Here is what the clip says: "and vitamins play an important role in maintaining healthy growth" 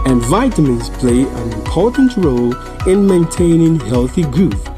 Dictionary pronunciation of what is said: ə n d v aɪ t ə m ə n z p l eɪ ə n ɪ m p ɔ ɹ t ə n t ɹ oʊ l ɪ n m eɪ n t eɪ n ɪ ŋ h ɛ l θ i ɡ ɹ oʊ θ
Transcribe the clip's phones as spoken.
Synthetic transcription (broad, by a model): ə n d v aɪ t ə m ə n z p l eɪ ə n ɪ m p ɔ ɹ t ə n t ɹ oʊ l ɪ n m eɪ n t eɪ n ɪ ŋ h ɛ l θ i ɡ ɹ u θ